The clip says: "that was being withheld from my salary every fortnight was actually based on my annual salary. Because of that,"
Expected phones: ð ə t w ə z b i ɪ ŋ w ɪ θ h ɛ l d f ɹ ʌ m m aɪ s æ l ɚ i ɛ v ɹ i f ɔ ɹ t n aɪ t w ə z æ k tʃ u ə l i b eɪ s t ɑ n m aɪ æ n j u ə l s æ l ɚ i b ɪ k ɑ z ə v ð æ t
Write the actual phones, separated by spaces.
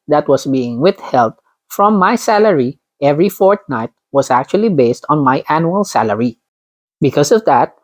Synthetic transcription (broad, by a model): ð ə t w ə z b i ɪ ŋ w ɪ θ h ɛ l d f ɹ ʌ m m aɪ s æ l ɚ i ɛ v ɹ i f ɔ ɹ t n aɪ t w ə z æ k tʃ u ə l i b eɪ s t ɑ n m aɪ æ n j u ə l s æ l ɚ i b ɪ k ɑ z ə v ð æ t